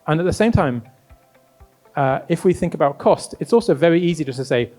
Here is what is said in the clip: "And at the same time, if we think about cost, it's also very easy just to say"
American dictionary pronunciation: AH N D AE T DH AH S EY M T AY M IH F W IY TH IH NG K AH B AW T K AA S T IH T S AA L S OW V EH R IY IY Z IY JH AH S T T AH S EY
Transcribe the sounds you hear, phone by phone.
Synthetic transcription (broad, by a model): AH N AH T DH AH S EY M T AY M IH F W IY TH IH NG K AH B AW T K AA S T IH T S AA L S OW V EH R IY IY Z IY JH AH S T T AH S EY